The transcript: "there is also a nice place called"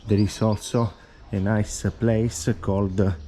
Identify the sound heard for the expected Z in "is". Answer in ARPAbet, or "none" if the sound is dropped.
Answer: S